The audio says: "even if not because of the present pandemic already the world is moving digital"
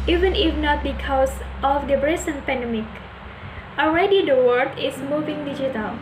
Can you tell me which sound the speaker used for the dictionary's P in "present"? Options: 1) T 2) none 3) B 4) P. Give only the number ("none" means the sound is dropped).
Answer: 3